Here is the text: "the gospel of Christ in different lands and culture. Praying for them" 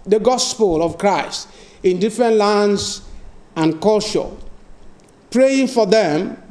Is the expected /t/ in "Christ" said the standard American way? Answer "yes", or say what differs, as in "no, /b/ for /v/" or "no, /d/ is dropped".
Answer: yes